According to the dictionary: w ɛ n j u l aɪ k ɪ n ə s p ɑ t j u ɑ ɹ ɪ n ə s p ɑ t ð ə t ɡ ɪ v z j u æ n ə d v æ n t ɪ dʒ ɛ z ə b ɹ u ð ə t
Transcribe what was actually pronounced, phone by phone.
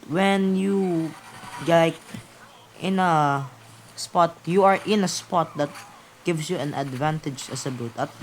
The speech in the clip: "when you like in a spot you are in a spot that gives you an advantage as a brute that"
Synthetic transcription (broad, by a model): w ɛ n j u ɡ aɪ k ɪ n ə s p ɑ t j u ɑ ɹ ɪ n ə s p ɑ t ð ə t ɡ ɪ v s j u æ n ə d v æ n t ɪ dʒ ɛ s ə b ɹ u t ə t